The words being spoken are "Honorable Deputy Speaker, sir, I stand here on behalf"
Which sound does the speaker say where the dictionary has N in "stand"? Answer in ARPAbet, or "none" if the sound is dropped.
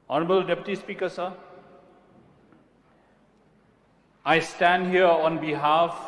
N